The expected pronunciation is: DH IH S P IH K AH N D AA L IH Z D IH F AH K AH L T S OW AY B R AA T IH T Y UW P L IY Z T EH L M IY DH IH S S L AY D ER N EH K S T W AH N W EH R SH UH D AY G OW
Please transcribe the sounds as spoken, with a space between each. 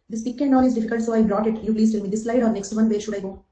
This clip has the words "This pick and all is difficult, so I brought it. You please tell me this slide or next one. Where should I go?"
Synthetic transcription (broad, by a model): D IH S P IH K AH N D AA N IH Z D IH F AH K AH L T S OW AY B R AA T IH T Y UW P L IY Z T EH L M IY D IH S S L AY D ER N EH K S T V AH N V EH SH UH D AY G OW